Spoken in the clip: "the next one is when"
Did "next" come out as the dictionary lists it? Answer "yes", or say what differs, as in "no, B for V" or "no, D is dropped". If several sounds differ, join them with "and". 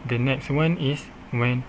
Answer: yes